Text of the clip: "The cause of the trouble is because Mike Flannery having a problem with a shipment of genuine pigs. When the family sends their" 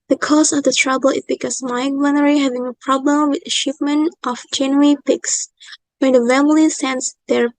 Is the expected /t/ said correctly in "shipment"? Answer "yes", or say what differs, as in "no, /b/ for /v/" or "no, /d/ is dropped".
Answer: yes